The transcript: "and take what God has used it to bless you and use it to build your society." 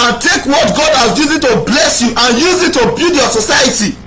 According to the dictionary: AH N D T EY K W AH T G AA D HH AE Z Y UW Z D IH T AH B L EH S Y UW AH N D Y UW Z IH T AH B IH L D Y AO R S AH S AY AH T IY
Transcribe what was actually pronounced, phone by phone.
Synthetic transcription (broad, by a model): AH N T EY K W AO T G AA D HH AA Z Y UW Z IH T AH B L EH S Y UW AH N Y UW Z IH T AH B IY L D Y AO S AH S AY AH T IY